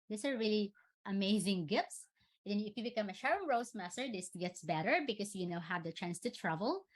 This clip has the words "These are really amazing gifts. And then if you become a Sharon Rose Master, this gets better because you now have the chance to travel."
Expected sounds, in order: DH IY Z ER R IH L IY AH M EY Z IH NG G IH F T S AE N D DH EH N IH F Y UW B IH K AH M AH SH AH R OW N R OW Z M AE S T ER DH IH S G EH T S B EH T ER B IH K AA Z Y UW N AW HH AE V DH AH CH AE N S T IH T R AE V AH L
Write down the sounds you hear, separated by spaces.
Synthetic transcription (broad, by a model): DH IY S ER R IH L IY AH M EY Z IH NG G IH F T S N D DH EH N IH F Y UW B IH K AH M AH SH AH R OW R OW S M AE S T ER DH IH S G EH T S B EH T ER B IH K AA S Y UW N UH HH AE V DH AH CH AE N S T IH T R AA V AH L